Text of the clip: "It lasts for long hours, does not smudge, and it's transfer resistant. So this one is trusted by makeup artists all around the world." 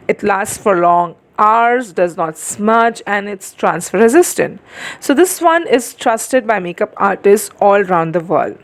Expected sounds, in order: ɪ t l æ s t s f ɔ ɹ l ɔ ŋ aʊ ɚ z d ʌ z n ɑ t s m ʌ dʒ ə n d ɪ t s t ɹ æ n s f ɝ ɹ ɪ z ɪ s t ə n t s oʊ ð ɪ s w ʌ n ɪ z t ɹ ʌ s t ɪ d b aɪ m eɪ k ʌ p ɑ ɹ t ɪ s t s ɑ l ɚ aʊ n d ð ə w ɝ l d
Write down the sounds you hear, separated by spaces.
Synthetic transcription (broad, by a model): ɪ t l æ s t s f ɔ ɹ l ɔ ŋ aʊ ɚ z d ʌ z n ɑ t s m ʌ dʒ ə n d ɪ t s t ɹ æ n s f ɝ ɹ ɪ z ɪ s t ə n t s oʊ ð ɪ s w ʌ n ɪ z t ɹ ʌ s t ɪ d b aɪ m eɪ k ʌ p ɑ ɹ t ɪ s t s ɑ l ɚ aʊ n d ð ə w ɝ l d